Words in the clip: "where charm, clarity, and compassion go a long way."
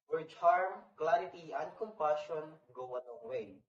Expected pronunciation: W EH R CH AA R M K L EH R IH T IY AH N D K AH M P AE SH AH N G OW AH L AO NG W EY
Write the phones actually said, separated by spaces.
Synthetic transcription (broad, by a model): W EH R CH AA R M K L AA R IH T IY AH N D K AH M P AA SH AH N G OW AH N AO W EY